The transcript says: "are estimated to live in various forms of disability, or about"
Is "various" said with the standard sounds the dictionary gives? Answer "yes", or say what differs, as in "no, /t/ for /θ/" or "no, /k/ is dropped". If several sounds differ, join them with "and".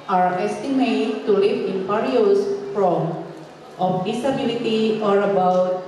no, /p/ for /v/